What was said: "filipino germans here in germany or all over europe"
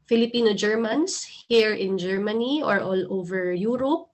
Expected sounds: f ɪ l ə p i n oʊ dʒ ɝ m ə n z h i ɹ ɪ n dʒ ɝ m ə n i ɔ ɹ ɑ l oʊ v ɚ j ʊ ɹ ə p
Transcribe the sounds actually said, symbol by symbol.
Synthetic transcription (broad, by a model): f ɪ l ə p i n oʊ dʒ ɝ m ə n s h i ɹ ɪ n dʒ ɝ m ə n i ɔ ɹ ɑ l oʊ v ɚ j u ɹ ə p